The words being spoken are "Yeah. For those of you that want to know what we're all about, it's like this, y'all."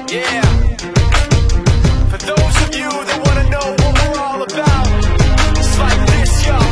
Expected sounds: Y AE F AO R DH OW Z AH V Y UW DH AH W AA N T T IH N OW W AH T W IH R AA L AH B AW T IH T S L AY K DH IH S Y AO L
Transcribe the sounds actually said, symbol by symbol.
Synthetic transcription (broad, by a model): Y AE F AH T DH OW Z AH V Y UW DH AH W AA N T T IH N OW W AH T W IH R AA L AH B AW IH T S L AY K DH IH S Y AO